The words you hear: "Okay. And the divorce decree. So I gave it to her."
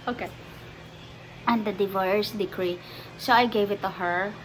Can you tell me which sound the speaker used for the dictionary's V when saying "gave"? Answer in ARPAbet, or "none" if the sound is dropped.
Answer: V